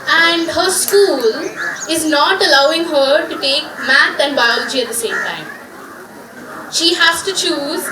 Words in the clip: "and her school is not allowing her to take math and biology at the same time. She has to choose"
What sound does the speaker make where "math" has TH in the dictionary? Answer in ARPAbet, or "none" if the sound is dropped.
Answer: T